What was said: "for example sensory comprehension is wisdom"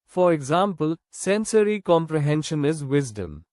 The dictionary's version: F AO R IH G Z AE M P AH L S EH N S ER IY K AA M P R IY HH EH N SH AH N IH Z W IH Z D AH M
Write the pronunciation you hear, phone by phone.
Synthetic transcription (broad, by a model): F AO R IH G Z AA M P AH L S EH N S ER IY K AA M P R IY HH EH N SH AH N IH Z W IH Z D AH M